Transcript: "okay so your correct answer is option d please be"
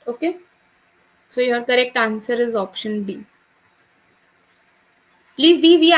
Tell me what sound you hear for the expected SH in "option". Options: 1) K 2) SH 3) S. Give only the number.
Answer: 2